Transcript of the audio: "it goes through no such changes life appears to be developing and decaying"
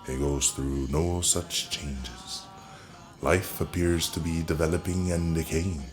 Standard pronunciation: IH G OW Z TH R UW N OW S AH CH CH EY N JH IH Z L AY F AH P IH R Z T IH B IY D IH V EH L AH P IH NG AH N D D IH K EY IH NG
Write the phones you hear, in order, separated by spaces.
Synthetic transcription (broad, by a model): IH G OW Z TH R UW N OW S AH CH CH EY N JH IH Z L AY F AH P IH R Z T IH B IY D IH V EH L AH P IH NG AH N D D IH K EY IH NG